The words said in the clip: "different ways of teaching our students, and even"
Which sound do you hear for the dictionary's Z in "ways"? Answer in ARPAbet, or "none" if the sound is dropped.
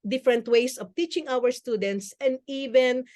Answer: S